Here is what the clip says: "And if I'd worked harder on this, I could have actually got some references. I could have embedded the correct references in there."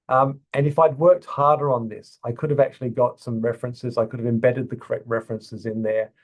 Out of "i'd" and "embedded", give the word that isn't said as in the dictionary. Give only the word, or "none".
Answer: none